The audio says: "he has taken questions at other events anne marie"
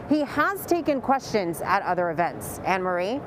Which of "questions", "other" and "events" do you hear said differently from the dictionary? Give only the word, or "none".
none